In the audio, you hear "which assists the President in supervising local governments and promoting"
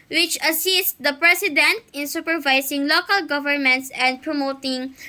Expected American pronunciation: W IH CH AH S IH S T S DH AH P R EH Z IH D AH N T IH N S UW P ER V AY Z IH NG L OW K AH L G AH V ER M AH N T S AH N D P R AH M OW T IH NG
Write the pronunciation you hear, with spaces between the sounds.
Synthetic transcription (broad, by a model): W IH CH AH S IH S T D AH P R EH S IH D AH N T IH N S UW P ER V AY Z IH NG L OW K AH L G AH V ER M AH N T S AH N D P R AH M OW T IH NG